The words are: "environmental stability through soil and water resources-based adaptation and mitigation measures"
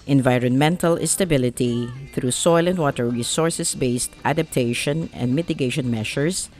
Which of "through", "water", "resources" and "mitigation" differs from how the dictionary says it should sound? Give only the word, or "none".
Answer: resources